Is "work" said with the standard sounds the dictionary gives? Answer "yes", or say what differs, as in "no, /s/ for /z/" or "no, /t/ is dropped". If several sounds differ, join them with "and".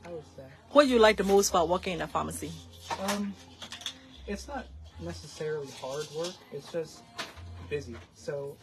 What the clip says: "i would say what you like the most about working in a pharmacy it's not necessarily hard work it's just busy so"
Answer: yes